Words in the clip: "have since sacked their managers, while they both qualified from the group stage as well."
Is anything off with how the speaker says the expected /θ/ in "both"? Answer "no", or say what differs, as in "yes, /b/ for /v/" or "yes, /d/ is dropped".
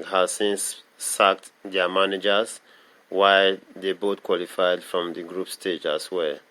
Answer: yes, /t/ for /θ/